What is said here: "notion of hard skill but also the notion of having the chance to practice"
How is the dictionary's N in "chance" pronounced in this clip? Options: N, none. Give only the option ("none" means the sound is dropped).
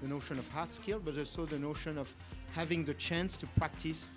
N